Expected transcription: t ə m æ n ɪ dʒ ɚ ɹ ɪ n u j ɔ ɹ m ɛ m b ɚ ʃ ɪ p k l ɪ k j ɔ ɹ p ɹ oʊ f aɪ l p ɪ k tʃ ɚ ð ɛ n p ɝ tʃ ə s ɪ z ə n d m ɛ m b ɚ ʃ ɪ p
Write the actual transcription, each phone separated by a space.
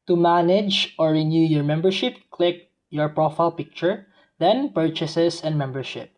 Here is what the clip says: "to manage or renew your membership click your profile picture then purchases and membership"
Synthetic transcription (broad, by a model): t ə m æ n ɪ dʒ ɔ ɹ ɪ n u j ɔ ɹ m ɛ m b ɚ ʃ ɪ p k l ɪ k j ɔ ɹ p ɹ oʊ f aɪ l p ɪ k tʃ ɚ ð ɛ n p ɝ tʃ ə s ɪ s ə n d m ɛ m b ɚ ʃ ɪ p